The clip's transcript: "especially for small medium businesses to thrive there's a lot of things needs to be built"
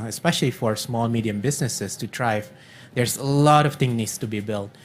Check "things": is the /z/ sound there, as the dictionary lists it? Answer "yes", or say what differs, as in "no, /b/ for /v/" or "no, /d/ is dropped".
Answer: no, /z/ is dropped